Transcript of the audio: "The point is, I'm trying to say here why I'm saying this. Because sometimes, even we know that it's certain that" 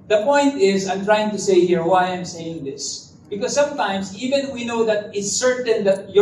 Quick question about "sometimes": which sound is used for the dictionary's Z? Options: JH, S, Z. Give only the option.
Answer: S